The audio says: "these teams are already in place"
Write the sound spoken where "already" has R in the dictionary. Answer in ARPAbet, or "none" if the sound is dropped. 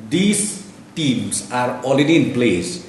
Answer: L